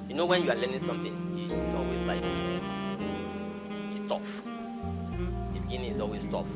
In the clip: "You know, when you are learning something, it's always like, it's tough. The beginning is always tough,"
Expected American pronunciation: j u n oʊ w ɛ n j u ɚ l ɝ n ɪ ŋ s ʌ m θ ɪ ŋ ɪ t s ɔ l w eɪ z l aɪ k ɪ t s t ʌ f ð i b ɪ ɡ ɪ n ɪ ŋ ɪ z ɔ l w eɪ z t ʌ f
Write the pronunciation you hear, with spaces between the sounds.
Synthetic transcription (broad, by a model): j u n oʊ w ɛ n j u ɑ l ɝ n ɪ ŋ s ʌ m t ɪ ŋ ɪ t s ɔ l w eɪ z l aɪ k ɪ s t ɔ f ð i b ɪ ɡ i n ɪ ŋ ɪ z ɔ l w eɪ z t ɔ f